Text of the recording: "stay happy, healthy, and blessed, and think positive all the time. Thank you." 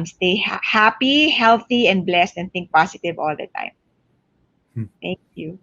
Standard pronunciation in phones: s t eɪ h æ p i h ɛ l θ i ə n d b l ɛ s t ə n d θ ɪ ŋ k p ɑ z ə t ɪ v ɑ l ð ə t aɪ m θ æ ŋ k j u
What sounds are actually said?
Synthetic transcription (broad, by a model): s t eɪ h æ p i h ɛ l θ i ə n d b l ɛ s t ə n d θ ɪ ŋ k p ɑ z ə t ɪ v ɑ l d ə t aɪ m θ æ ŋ k j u